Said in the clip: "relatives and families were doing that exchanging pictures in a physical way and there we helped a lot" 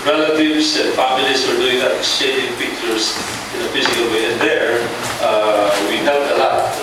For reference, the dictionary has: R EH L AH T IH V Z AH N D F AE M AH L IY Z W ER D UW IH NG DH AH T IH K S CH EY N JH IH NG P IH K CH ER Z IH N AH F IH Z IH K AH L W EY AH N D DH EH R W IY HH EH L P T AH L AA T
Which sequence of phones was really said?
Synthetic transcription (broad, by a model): R EH L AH T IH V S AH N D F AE M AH L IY S W ER D UW IH NG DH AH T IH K S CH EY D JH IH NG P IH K CH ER S IH N AH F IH S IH K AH L W EY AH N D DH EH R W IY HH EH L T AH L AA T